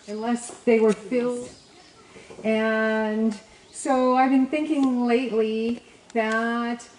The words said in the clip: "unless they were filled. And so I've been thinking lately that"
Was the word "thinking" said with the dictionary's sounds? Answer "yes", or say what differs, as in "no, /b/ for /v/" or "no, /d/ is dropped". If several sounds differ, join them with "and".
yes